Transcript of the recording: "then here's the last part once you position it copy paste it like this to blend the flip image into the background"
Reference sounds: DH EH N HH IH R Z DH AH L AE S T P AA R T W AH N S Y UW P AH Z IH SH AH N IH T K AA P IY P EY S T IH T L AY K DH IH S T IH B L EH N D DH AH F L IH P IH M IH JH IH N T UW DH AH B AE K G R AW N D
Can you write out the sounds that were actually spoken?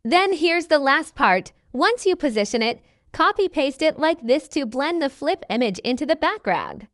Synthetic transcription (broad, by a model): DH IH N HH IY R Z DH AH L AE S T P AA R T W AH N S Y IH P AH Z IH SH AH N IH T K AA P IY P EY S T IH T L AY K DH IH S T IH B L EH N DH AH F L IH P IH M IH JH IH N T UW DH AH B AE K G R AW N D